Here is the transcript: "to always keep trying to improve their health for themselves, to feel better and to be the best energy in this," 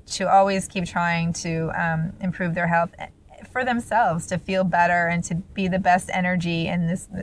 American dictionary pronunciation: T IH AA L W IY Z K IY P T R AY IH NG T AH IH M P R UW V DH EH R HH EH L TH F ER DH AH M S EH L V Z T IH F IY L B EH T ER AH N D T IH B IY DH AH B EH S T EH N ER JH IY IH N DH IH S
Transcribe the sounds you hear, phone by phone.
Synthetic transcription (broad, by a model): T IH AA L W IY Z K IY P T R AY IH NG T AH IH M P R UW V DH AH R HH EH L TH F ER DH AH M S EH L V Z T IH F IY L B EH T ER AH N T IH B IY DH AH B EH S T EH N ER JH IY IH N DH IH S